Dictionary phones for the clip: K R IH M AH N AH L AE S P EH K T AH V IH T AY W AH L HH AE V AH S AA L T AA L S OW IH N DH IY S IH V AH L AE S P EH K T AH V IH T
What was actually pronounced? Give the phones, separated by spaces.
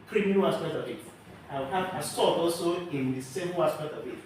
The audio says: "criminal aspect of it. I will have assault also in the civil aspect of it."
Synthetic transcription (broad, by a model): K R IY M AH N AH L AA S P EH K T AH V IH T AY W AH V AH S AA T AA L S OW IH N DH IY S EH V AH S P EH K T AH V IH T